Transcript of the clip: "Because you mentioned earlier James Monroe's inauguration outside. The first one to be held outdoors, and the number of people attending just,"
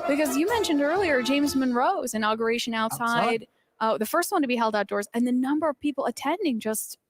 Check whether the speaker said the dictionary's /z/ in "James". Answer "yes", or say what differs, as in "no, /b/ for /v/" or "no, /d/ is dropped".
yes